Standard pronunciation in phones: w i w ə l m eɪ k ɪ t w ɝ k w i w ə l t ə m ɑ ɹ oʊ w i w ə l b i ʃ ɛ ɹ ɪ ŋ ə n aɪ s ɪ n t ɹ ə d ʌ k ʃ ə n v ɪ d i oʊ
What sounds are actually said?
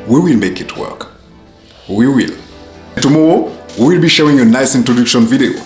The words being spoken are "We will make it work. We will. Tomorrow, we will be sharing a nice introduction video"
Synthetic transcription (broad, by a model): w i w ə l m eɪ k ɪ t w ɝ k w i w ə l t ə m ɑ ɹ oʊ w i w ə l b i ʃ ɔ ɪ ŋ ə n aɪ s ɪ n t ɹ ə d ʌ k ʃ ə n v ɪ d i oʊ